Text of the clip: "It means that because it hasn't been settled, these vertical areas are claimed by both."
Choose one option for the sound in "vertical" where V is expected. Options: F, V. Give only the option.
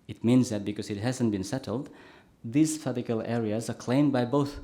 F